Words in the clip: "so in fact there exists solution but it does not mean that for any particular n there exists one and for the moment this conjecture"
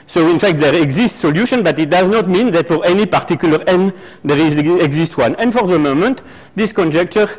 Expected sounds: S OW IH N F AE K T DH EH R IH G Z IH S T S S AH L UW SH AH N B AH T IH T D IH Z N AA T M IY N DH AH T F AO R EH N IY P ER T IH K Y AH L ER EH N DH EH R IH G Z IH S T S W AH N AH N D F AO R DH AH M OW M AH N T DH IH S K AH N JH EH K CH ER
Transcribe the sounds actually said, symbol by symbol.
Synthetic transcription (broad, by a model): S OW IH N F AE K T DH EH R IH G Z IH S T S S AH L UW SH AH N B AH T IH T D IH Z N AA T M IY N DH AH T F AO R EH N IY P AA T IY K Y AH L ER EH N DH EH R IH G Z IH S T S W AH N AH N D F AO R DH AH M OW M AH N T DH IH S K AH N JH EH K CH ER